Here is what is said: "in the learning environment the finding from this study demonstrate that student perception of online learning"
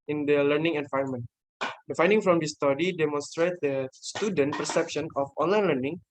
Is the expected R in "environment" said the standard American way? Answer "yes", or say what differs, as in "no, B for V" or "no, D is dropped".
no, R is dropped